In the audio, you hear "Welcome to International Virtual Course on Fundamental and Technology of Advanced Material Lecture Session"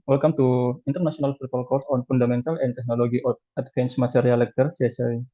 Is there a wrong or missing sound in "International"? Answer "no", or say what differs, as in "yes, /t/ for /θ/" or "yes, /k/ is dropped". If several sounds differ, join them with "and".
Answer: yes, /s/ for /ʃ/